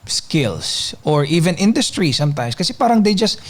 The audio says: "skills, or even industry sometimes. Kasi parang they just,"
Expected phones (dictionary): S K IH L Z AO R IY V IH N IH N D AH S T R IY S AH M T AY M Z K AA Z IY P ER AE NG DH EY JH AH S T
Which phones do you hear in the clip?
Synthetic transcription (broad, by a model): S K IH L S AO R IY V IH N IH N D AH S T R IY S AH M T AY M S K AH S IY P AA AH NG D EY JH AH S T